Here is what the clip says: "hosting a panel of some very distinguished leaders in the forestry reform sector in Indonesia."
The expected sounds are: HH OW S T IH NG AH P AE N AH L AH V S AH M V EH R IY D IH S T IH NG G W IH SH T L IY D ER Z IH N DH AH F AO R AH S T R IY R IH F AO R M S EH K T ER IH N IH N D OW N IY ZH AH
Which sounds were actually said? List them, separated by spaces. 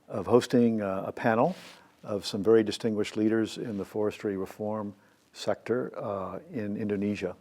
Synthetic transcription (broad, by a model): HH OW S T IH NG AH P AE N L AH V S AH M V EH R IY D IH S T IH NG G W IH SH T L IY D ER Z IH N DH AH F AO R AH S T R IY R IH F AO R M S EH K T ER IH N IH N D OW N IY ZH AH